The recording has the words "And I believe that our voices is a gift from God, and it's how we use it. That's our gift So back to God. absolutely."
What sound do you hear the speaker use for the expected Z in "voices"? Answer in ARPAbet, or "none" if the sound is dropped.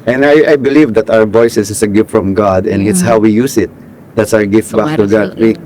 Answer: S